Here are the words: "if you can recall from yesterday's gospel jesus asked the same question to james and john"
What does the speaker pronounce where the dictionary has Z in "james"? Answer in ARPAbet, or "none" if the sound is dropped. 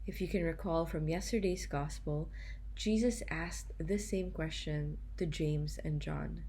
Z